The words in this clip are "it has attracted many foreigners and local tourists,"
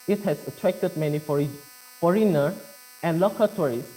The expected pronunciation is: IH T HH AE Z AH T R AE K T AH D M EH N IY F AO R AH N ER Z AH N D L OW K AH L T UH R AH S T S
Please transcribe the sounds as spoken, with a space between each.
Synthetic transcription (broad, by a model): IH T HH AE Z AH T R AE K T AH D M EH N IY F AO R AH N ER AH N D L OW K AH T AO R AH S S